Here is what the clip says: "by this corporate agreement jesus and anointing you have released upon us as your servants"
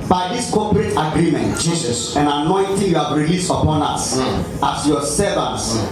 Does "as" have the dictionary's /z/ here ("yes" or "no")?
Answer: no